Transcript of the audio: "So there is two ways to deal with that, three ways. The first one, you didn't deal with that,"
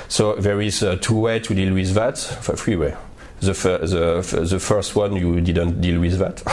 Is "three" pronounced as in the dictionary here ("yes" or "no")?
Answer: no